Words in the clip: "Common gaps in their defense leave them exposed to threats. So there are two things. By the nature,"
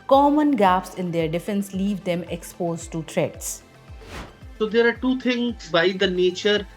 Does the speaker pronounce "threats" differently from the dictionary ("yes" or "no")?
yes